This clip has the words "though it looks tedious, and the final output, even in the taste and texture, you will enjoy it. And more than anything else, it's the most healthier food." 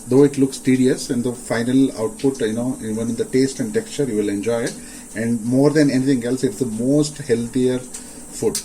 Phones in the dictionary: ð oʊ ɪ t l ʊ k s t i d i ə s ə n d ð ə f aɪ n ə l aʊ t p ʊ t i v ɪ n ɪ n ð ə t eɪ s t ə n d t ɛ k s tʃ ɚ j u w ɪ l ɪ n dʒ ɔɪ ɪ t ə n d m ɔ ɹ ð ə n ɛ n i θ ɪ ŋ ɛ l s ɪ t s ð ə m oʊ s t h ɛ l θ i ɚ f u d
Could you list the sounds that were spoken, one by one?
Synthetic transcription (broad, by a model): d oʊ ɪ t l ʊ k s t i d i ə s ə n d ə f aɪ n ə l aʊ t p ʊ t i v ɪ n ɪ n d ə t eɪ s t ə n d t ɛ k s tʃ ɚ j u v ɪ l ɪ n dʒ ɔɪ ɪ t ə n d m ɔ ɹ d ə n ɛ n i t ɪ ŋ ɛ l s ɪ t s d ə m oʊ s t h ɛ l t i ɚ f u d